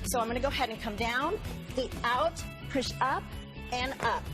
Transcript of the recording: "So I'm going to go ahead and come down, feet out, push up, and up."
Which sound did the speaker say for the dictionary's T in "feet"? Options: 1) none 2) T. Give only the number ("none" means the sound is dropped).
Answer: 1